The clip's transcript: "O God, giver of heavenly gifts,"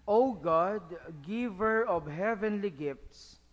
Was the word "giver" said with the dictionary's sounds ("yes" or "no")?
yes